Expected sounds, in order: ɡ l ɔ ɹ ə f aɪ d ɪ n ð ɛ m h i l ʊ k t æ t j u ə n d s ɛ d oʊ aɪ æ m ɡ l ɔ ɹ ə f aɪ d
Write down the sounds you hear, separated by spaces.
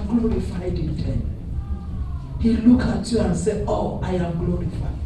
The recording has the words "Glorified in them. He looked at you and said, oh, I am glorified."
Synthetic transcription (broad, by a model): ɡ l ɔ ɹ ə f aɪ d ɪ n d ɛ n h i l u k ɑ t j u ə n s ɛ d oʊ aɪ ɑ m ɡ l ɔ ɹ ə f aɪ